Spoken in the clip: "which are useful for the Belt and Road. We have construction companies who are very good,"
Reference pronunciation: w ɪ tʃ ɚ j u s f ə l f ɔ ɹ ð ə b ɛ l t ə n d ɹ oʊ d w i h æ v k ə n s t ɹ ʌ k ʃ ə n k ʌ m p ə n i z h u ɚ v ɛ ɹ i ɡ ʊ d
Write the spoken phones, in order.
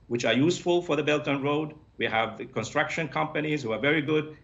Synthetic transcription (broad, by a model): w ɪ tʃ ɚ j u s f ə l f ɔ ɹ ð ə b ɛ l t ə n ɹ oʊ d w i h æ v k ə n s t ɹ ʌ k ʃ ə n k ʌ m p ə n i z h u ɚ v ɛ ɹ i ɡ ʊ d